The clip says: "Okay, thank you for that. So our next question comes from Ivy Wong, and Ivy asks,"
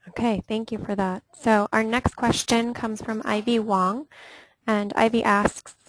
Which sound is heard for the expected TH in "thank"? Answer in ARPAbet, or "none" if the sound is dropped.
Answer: TH